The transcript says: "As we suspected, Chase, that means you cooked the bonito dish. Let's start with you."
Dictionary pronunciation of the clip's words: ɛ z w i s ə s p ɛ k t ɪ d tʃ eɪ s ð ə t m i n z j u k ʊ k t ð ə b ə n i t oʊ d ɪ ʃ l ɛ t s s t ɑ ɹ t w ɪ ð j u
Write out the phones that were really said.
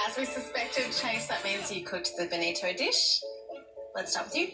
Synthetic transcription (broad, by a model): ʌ z w i s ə s p ɛ k t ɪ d tʃ eɪ s ð ə t m i n z j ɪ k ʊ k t ð ə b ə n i t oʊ d ɪ ʃ l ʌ t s s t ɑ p w ɪ ð j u